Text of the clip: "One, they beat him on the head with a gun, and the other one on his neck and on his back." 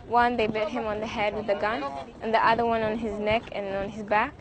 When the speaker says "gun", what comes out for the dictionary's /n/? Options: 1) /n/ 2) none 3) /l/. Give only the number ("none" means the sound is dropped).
1